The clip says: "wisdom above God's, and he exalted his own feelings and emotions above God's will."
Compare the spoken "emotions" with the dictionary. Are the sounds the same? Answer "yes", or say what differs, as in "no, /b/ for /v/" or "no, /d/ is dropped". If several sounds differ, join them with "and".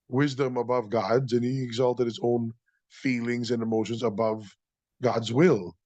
yes